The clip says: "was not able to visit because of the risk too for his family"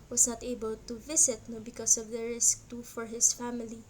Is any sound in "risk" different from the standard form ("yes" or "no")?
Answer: no